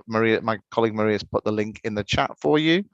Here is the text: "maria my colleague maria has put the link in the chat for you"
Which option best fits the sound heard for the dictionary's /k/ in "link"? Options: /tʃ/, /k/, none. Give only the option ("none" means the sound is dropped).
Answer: /k/